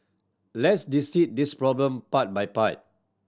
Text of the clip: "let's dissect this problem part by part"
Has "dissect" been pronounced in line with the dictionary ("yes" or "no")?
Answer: no